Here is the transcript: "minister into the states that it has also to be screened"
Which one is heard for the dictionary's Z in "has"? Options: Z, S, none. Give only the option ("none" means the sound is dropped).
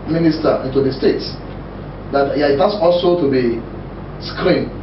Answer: S